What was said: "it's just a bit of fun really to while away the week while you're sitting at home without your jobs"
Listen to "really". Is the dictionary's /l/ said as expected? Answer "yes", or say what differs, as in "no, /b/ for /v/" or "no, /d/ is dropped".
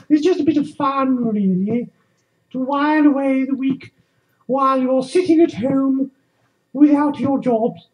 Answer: no, /n/ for /l/